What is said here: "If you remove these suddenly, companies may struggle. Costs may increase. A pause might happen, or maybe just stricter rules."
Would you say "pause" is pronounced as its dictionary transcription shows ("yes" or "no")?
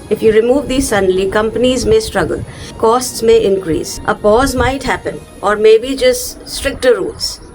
yes